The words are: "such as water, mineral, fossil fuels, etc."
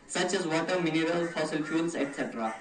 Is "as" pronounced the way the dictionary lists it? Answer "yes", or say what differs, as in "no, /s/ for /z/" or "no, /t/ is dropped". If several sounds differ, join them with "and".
yes